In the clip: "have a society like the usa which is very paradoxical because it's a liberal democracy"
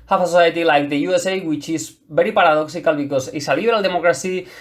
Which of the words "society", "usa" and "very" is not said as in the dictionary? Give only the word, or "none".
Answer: very